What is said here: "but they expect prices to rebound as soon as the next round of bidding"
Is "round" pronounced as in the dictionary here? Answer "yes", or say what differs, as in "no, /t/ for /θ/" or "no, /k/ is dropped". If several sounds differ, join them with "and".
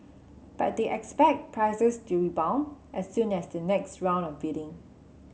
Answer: no, /d/ is dropped